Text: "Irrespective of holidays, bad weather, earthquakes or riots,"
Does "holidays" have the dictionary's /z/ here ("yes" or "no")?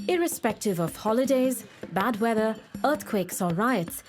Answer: yes